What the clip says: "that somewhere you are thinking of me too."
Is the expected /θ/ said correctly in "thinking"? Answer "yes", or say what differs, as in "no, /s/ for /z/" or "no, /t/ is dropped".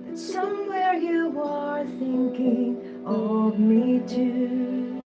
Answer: yes